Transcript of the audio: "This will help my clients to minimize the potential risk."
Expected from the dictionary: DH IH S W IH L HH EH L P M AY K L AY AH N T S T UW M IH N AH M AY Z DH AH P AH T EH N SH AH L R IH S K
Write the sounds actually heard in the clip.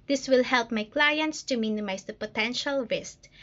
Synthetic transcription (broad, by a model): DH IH S W IH L HH EH L P M AY K L AY AH N T S T UW M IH N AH M AY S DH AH P AH T EH N SH AH L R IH S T